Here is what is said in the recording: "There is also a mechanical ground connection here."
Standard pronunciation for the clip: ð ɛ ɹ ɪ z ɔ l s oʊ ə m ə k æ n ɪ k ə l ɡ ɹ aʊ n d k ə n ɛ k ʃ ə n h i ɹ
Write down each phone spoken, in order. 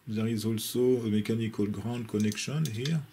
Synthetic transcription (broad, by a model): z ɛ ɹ ɪ z ɔ l s oʊ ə m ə k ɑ n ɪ k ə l ɡ ɹ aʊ d k ə n ɛ k ʃ ə n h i ɹ